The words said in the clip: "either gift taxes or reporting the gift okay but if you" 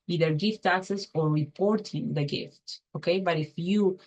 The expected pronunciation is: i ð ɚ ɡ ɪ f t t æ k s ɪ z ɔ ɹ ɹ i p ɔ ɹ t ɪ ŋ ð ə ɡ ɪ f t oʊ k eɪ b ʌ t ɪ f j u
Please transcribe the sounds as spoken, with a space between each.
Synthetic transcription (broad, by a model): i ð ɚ ɡ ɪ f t t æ k s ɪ s ɔ ɹ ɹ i p ɔ ɹ t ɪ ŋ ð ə ɡ ɪ f t oʊ k eɪ b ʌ t ɪ f j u